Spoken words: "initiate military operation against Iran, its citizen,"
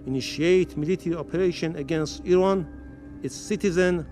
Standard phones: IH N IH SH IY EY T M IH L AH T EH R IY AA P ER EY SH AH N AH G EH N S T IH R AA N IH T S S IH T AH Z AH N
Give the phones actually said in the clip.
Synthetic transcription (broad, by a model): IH N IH SH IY EY T M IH L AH T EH R IY AA P ER EY SH AH N AH G EH N S T IH R AA N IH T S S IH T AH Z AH N